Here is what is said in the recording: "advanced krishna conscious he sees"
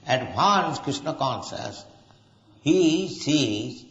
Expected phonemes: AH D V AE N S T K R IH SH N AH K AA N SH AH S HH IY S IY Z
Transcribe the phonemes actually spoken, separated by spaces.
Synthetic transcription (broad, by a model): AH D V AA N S K R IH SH N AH K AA N S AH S HH IY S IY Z